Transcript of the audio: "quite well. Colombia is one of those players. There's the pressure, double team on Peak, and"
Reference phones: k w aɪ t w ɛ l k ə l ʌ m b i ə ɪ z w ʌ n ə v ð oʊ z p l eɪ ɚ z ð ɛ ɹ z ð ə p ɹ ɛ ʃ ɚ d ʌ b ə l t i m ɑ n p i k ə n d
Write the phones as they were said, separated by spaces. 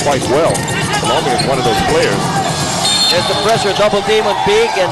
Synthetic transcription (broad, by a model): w aɪ t w ɛ l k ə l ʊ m i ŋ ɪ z w ʌ n ə v ð oʊ z p l eɪ ɚ z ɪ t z ð ə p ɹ ɛ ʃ ɚ d ʌ b l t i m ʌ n b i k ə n